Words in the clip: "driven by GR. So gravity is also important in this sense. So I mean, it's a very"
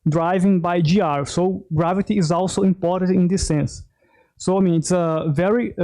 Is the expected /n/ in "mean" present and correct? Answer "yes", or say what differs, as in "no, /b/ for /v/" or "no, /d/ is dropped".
yes